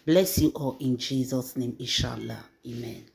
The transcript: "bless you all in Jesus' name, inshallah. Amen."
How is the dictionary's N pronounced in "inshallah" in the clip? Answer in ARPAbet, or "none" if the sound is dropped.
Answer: none